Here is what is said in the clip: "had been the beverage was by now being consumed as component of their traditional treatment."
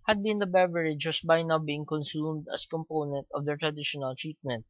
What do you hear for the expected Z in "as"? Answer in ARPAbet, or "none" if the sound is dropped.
S